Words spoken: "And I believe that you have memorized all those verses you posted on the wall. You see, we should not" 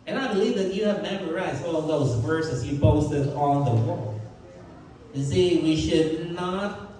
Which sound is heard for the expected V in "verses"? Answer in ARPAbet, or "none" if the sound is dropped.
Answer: V